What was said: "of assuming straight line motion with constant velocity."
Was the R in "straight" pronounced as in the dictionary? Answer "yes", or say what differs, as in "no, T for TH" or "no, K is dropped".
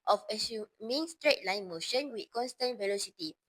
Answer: yes